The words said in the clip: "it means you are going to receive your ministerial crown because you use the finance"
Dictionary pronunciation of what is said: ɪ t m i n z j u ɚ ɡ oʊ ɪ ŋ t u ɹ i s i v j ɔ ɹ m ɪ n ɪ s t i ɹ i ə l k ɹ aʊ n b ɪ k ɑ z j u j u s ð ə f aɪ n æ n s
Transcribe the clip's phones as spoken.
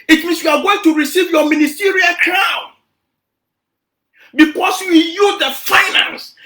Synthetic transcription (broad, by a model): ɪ t m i n s j u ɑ ɡ oʊ ɪ ŋ t u ɹ i s i v j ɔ m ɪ n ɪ s t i ɹ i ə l k ɹ aʊ n b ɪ k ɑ s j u j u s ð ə f aɪ n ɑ n s